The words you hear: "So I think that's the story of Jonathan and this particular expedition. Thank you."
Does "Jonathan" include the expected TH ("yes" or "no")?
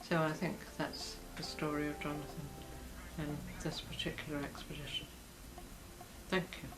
yes